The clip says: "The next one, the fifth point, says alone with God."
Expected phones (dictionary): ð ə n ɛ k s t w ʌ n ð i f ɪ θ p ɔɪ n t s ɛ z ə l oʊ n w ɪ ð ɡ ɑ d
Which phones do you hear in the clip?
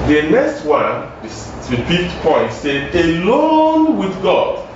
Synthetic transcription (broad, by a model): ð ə n ɛ k s t w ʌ n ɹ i p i p ɔɪ n t s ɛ ə l oʊ n w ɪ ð ɡ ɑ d